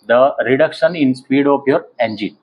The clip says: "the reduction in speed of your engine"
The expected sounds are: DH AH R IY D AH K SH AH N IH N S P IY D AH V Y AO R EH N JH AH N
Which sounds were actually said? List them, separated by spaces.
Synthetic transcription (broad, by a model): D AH R IY D AH K SH AH N IH N S P IY D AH P Y AO R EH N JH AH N